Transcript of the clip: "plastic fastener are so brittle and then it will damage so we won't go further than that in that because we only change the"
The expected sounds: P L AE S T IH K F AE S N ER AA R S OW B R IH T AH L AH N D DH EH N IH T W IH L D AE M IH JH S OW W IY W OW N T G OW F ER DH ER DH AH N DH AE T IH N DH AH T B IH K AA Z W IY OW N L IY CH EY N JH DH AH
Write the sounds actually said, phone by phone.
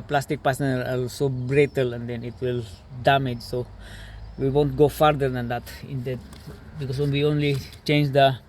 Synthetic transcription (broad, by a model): P L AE S T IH K P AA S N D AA L S OW B R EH T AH L AH N D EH N IH T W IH L D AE M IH JH S OW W IY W OW N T G OW F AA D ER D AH N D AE T IH N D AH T B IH K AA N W IY OW N L IY CH EY N JH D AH